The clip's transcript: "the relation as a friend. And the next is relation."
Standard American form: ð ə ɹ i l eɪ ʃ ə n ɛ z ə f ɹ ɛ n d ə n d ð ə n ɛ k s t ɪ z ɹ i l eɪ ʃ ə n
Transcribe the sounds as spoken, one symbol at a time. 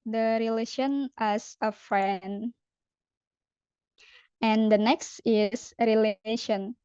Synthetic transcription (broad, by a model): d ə ɹ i l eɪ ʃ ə n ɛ s ə f ɹ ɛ n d ə n d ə n ɛ k s t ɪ s ɹ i l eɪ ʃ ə n